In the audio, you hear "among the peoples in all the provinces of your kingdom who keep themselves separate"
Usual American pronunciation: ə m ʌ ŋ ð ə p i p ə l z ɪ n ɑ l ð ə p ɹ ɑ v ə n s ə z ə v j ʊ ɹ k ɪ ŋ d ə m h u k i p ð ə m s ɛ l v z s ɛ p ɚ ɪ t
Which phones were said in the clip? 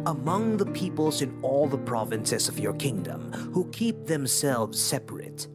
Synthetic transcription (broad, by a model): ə m ʌ ŋ ð ə p i p ə l z ɪ n ɑ l ð ə p ɹ ɑ v ə n s ə z ə v j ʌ ɹ k ɪ ŋ d ə m h u k i p ð ə m s ɛ l v z s ɛ p ɚ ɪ t